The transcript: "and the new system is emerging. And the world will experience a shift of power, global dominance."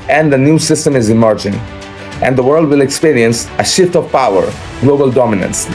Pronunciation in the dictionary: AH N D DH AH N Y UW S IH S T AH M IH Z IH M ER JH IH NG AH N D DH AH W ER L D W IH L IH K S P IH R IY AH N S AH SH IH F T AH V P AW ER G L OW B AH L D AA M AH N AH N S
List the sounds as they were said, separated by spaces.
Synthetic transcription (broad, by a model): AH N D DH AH N Y UW S IH S T AH M IH Z IH M ER JH IH NG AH N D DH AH W ER L D W IH L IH K S P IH R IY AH N S AH SH IH F T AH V P AW ER G L OW B AH L D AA M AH N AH N S